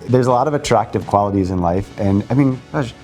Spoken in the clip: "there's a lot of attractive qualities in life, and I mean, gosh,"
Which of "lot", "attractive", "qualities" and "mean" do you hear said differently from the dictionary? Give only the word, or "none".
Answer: none